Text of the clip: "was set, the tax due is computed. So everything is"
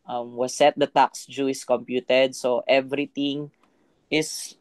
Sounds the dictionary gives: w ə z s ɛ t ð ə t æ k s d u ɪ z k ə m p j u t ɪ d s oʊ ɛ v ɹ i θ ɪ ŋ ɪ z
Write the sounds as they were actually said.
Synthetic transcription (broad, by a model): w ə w s ɛ t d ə t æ k s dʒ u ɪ s k ə m p j u t ɪ d s oʊ ɛ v ɹ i t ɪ ŋ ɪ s